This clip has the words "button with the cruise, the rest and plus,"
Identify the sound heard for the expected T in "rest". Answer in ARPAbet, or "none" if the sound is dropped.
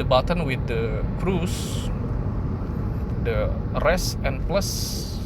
none